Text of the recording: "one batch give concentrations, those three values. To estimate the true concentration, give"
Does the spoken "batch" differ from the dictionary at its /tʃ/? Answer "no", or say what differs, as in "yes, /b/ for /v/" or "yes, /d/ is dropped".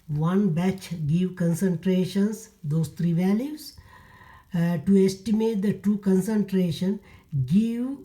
no